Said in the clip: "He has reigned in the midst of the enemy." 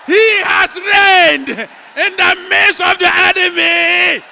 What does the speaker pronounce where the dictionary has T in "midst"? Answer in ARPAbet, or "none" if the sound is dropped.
none